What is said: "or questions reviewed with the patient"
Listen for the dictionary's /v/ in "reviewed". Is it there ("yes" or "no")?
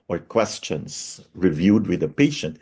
yes